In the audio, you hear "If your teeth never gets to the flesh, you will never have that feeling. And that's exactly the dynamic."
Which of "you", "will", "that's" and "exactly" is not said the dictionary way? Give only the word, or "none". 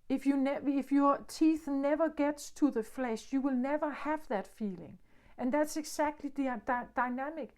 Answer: exactly